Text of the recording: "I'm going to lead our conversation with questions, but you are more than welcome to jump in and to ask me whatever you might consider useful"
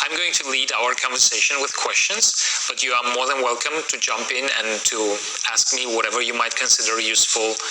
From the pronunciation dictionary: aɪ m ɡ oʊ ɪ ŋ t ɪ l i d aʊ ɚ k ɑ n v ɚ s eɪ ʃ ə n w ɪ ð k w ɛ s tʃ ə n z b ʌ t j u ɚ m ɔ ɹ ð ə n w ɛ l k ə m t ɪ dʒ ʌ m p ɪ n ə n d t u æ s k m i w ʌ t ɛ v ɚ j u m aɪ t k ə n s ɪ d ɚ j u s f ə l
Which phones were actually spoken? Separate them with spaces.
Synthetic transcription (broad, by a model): aɪ m ɡ oʊ ɪ ŋ t ɪ l i d aʊ ɚ k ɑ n v ɚ s eɪ ʃ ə n w ɪ ð k w ɛ s tʃ ə n z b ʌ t j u ɚ m ɔ ɹ ð ə n w ɛ l k ə m t ɪ dʒ ʌ m p ɪ n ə n t u æ s k m i w ʌ t ɛ v ɚ j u m aɪ t k ə n s ɪ d ɚ j u s f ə l